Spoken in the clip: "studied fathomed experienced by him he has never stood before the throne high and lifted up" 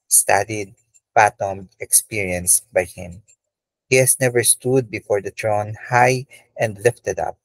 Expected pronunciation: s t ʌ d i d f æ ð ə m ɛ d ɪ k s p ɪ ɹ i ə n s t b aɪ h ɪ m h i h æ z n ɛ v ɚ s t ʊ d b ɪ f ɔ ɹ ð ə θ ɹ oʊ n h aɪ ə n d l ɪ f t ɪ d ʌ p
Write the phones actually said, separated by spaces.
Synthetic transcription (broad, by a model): s t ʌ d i d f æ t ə m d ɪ k s p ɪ ɹ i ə n s b aɪ h ɪ m h i h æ s n ɛ v ɚ s t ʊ d b ɪ f ɔ ɹ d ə t ɹ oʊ n h aɪ ə n d l ɪ f t ɪ d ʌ p